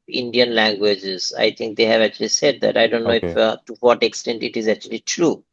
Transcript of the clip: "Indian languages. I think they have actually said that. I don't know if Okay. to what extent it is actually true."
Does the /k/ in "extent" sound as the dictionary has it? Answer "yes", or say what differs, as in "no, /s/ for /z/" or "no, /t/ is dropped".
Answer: yes